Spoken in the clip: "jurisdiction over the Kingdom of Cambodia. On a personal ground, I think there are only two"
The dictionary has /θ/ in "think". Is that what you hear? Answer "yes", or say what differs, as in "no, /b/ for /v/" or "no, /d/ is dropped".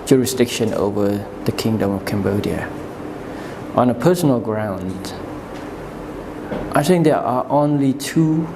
yes